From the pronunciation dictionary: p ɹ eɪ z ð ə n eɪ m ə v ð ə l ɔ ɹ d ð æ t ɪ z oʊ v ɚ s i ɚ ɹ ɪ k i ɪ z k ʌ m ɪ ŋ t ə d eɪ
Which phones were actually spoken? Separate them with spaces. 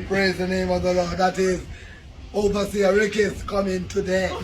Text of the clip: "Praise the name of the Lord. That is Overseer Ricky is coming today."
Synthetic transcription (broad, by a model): p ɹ eɪ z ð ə n eɪ m ə v ð ə l ɔ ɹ d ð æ t ɪ z oʊ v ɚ s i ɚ ɹ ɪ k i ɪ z k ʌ m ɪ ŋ t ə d eɪ